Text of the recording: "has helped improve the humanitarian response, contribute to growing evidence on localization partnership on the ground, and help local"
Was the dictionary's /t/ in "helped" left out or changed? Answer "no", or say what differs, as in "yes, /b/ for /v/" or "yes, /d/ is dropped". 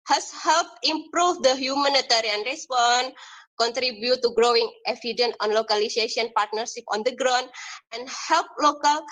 yes, /t/ is dropped